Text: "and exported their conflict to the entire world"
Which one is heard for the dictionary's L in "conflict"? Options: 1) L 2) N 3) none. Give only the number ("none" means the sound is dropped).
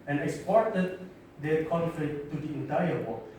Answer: 3